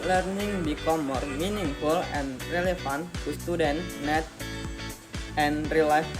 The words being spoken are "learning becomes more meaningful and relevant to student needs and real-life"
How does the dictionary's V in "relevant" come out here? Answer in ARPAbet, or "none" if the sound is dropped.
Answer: F